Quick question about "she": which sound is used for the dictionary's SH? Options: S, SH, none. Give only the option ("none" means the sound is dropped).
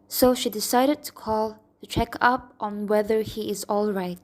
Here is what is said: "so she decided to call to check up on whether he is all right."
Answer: SH